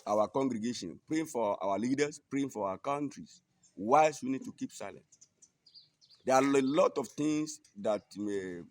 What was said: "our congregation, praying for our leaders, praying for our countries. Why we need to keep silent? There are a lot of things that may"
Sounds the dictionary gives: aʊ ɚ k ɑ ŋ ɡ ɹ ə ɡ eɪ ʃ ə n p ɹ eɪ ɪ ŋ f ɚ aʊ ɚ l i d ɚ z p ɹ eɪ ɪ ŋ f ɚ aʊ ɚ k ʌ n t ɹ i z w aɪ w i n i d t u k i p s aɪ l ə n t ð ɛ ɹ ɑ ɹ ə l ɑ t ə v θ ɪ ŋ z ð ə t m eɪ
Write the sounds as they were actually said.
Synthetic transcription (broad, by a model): aʊ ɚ k ɑ ŋ ɡ ɹ ə ɡ eɪ ʃ ə n p ɹ eɪ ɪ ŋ f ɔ aʊ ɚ l i d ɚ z p ɹ eɪ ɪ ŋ f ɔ aʊ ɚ k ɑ n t ɹ i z w aɪ w i n i d t u k i p s aɪ l ə n t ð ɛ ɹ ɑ l ə l ɑ t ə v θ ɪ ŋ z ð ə t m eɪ